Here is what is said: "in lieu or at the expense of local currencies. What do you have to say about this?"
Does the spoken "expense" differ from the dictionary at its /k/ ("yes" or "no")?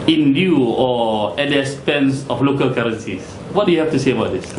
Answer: yes